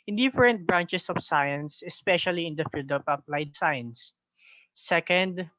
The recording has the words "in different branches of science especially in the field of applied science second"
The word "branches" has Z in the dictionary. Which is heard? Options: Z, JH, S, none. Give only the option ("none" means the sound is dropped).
S